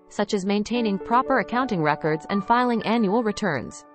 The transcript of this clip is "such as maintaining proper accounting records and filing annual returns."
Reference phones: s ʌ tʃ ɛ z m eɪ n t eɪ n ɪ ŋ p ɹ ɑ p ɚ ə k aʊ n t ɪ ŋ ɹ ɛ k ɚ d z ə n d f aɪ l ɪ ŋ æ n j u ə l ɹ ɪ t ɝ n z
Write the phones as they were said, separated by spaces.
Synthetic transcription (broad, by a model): s ʌ tʃ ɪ z m eɪ n t eɪ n ɪ ŋ p ɹ ɑ p ɚ ə k aʊ n t ɪ ŋ ɹ ɛ k ɚ d z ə n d f aɪ l ɪ ŋ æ n j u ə l ɹ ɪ t ɝ n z